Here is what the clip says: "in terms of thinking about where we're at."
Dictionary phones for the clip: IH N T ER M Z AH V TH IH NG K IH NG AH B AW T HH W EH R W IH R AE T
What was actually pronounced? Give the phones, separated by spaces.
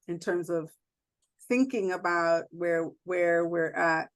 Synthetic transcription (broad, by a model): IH N T ER M Z AH V TH IH NG K IH NG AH B AW T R W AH R W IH R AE T